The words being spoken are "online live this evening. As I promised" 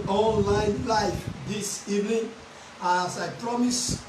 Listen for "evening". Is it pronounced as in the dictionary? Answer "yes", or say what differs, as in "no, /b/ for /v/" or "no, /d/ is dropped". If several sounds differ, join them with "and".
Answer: yes